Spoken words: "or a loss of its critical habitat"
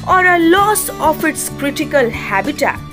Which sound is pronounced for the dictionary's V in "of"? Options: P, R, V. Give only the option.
P